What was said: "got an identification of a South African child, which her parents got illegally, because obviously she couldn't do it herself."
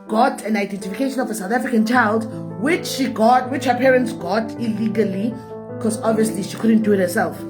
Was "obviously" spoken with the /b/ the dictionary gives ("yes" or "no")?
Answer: yes